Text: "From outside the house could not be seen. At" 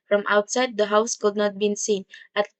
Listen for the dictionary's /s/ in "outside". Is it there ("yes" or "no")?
yes